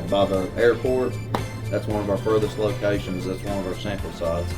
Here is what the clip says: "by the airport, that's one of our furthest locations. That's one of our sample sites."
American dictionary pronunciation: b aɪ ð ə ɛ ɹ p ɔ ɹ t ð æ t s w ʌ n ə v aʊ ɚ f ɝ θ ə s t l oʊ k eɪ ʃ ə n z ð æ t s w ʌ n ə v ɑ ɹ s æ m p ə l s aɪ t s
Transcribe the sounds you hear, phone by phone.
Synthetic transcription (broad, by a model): b aɪ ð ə ɛ ɹ p ɔ ɹ t ð æ t s w ʌ n ə v aʊ ɚ f ɝ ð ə s t l oʊ k eɪ ʃ ə n z ð æ t s w ʌ n ə v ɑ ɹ s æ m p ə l s aɪ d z